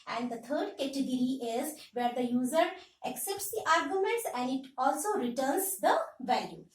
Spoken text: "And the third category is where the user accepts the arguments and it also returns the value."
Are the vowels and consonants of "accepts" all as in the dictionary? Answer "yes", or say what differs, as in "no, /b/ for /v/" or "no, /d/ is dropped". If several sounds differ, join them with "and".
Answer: yes